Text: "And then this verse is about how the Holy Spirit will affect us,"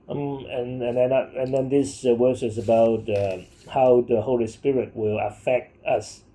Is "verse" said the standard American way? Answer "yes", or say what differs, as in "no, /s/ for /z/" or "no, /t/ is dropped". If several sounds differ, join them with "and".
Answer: no, /w/ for /v/